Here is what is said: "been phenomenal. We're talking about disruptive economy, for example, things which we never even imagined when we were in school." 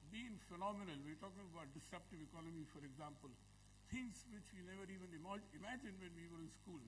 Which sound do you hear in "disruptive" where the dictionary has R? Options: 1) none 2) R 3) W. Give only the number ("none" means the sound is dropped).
1